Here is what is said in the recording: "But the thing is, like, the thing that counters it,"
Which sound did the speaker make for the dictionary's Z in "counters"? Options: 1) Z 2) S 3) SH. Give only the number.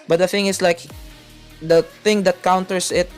2